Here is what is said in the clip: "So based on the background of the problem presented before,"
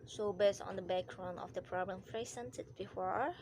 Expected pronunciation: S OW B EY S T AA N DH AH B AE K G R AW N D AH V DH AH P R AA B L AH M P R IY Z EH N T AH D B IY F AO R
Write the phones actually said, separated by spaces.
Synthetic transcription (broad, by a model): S OW B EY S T AA N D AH B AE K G R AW N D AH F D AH P R AA B L AH M F R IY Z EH N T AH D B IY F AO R